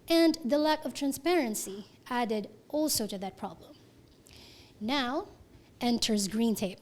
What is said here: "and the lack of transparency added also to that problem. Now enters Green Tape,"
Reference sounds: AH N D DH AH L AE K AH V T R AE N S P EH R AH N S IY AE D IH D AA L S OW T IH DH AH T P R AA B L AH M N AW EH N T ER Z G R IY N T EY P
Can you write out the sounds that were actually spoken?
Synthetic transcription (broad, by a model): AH N DH AH L AE K AH V T R AE N S P EH R AH N S IY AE D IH D AA L S OW T IH DH AH T P R AA B L AH M N AW EH N T ER Z G R IY N T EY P